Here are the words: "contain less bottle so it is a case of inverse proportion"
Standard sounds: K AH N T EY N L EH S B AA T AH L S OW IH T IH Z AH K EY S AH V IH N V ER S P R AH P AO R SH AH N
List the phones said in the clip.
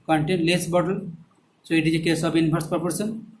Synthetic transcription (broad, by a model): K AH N T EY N L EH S B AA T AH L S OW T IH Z AH K EY S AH B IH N P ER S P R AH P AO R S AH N